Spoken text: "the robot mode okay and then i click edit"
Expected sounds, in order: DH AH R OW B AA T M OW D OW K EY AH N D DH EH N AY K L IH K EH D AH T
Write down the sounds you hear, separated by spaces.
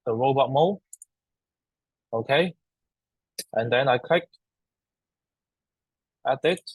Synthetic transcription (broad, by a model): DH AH R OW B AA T M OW OW K EY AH N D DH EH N AY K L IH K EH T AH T